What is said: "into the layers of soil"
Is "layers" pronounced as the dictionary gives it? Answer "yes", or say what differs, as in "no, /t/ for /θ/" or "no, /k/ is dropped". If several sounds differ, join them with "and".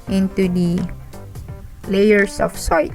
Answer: no, /s/ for /z/